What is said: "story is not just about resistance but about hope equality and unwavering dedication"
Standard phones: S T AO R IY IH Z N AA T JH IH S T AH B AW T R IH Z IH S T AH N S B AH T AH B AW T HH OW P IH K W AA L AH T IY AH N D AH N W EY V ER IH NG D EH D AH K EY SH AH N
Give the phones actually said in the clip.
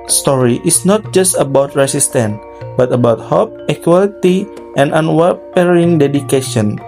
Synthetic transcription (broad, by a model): S T AO R IY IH S N AA T JH IH S T AH B AW T R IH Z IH S T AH N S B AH T AH B AW T HH OW P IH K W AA L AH T IY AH N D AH N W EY P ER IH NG D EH D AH K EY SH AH N